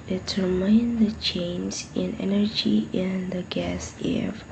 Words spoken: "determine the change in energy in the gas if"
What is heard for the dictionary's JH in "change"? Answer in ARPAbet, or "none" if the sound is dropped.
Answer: Z